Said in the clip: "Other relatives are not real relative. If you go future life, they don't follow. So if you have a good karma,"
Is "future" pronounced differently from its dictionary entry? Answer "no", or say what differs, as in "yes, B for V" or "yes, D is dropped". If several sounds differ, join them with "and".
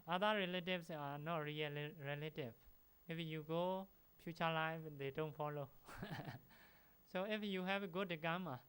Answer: yes, P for F